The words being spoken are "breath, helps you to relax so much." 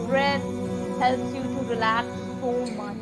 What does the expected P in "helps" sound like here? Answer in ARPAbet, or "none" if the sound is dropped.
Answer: none